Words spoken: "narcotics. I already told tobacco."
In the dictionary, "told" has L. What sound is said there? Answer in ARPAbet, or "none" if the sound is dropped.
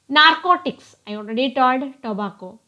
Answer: none